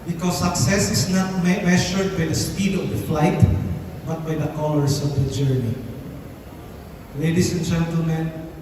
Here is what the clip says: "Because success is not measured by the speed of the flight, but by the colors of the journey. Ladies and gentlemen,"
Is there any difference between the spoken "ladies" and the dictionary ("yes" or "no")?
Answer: yes